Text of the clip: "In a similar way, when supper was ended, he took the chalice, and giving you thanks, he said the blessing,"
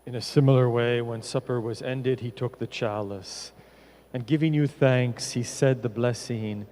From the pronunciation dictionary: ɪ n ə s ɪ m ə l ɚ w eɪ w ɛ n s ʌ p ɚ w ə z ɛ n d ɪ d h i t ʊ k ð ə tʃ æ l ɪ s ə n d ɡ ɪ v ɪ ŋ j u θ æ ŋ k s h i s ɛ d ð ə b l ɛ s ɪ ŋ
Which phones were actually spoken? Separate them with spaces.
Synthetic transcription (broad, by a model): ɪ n ə s ɪ m l ɚ w eɪ w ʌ n s ʌ p ɚ w ə z ɛ n d ɪ d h i t ʊ k ð ə tʃ æ l ɪ s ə n ɡ ɪ v ɪ ŋ j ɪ θ æ ŋ k s h i s ɛ d ð ə b l ɛ s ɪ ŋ